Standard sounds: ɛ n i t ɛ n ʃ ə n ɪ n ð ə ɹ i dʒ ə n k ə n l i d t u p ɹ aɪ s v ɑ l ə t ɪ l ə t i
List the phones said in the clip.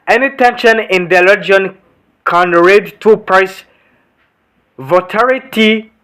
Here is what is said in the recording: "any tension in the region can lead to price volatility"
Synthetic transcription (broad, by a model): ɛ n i t ɛ n ʃ ə n ɪ n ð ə l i dʒ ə n k ə n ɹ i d t u p ɹ aɪ s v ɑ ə t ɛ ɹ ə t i